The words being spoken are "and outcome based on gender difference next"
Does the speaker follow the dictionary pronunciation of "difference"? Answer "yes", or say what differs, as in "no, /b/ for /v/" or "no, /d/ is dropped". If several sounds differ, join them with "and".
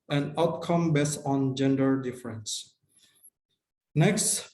yes